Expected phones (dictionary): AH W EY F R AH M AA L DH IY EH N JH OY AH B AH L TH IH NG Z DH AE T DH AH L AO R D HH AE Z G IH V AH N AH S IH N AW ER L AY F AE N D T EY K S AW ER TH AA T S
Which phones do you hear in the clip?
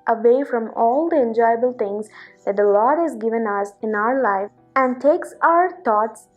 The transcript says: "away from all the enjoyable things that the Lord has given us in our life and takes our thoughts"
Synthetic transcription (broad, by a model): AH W EY F R AH M AA L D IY EH N JH OY AH B AH L T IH NG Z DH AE T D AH L AO R D HH AE Z G IH V AH N AH S IH N AW ER L AY AE N D T EY K S AW ER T AA T S